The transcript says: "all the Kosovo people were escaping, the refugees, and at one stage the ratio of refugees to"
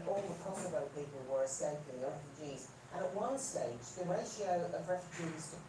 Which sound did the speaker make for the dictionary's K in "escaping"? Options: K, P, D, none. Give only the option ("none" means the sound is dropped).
none